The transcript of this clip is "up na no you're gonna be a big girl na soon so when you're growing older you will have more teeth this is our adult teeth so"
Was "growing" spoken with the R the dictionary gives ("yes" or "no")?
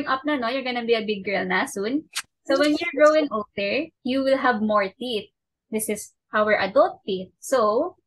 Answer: no